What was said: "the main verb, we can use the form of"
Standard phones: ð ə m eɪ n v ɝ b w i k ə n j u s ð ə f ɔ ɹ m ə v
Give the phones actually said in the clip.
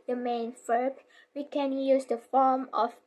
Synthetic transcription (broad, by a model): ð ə m eɪ n f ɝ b w i k ə n j u s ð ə f ɔ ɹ m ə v